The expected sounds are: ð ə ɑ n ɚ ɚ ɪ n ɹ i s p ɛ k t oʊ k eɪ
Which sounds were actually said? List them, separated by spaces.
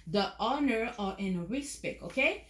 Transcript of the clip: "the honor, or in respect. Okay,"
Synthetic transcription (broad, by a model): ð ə ɑ n ɚ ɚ ɪ n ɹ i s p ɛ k oʊ k eɪ